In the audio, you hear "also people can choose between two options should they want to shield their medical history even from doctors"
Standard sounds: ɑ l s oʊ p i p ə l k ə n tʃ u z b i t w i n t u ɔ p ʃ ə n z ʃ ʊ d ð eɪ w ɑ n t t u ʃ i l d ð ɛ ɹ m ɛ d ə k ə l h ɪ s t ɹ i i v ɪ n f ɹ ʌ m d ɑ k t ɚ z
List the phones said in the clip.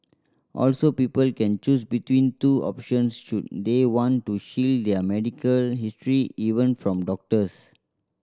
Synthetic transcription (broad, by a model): ɑ l s oʊ p i p ə l k ə n tʃ u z b i t w i n t u ɔ p ʃ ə n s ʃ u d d eɪ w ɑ n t t u ʃ i l d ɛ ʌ m ɛ d ə k ə l h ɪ s t ɹ i i v ɪ n f ɹ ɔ m d ɑ k t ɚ s